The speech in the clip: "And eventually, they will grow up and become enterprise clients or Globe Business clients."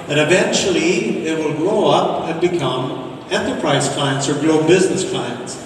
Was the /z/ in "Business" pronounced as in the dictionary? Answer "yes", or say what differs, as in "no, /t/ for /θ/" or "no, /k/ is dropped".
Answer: yes